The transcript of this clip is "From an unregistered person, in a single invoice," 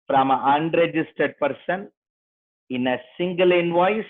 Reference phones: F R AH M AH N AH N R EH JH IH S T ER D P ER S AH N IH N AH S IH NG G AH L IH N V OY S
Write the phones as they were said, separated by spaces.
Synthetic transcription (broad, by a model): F R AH M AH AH N R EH JH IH S T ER D P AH S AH N IH N AH S IH NG G AH L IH N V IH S